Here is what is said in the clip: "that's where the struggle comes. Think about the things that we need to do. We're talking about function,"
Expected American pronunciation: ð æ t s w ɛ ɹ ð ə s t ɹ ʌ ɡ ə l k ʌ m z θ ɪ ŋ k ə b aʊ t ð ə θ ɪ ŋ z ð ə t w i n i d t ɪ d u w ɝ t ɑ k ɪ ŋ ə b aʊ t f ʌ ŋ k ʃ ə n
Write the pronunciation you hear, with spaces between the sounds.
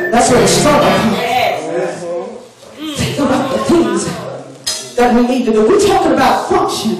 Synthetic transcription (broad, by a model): ð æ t s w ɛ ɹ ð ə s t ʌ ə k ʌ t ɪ k ə b aʊ t ð ə θ ɪ ŋ z ð ə t w i n i d t ɪ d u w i t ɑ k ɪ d ə b aʊ t f ʌ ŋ k ʃ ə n